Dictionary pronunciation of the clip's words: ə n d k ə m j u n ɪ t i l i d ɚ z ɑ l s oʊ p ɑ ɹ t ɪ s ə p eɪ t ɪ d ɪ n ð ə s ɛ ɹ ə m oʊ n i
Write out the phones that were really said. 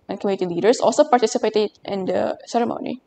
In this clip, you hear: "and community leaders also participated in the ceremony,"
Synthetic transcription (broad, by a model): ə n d k ə m j u n ɪ t i l i d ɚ s ɑ l s oʊ p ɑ ɹ t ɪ s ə p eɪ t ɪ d ɪ n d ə s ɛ ɹ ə m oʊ n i